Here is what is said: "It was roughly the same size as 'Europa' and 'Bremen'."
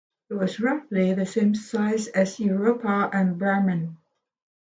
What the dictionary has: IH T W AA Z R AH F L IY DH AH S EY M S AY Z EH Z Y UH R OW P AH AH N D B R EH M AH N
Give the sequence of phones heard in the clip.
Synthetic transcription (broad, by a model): IH T W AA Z R AH F L IY DH AH S EY M S AY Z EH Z Y UH R OW P AH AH N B EH M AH N